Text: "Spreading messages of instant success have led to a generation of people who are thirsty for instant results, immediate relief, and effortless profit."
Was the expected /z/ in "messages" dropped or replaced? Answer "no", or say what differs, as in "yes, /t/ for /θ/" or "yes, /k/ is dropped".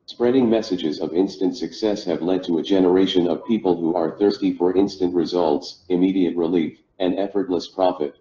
no